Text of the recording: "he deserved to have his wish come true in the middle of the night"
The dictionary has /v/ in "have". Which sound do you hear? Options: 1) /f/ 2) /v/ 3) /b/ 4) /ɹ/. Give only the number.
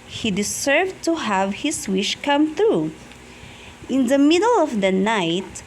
2